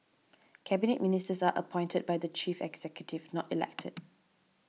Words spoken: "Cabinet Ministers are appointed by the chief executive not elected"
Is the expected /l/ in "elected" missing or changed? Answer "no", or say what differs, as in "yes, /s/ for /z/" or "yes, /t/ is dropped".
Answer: no